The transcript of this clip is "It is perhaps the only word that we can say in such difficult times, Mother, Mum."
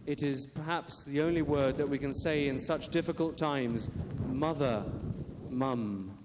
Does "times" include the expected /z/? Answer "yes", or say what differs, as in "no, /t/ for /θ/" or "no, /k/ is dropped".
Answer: yes